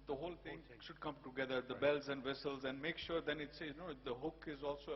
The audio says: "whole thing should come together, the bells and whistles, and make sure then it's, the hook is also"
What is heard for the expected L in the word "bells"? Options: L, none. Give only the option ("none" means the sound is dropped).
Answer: L